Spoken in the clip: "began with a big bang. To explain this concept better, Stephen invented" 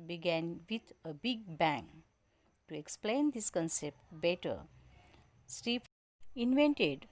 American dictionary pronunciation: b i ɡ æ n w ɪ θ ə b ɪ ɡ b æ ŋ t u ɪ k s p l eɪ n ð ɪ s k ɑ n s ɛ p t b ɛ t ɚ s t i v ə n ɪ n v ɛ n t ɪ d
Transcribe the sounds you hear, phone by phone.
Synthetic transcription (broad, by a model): b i ɡ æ n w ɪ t ə b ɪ ɡ b æ ŋ t u ɪ k s p l eɪ n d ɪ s k ɑ n s ɛ p t b ɛ t ɚ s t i p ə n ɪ n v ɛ n t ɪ d